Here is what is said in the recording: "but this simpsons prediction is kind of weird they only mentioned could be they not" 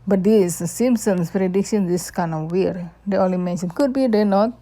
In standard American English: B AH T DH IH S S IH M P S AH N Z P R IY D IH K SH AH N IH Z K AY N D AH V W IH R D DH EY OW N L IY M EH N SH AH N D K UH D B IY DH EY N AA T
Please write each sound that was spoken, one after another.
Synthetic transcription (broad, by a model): B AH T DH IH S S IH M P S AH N S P R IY D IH K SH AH N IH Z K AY N AH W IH R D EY OW N L IY M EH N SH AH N K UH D B IY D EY N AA T